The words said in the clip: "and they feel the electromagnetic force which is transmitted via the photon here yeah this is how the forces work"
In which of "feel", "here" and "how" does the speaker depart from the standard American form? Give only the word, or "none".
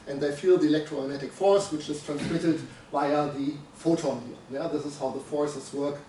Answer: here